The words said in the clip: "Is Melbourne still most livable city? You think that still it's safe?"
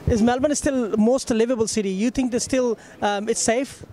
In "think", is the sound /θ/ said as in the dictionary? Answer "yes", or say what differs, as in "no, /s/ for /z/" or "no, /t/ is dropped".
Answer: no, /t/ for /θ/